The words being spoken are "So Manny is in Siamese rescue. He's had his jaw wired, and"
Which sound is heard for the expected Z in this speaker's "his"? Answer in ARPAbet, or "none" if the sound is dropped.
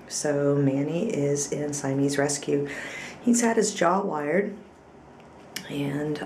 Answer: Z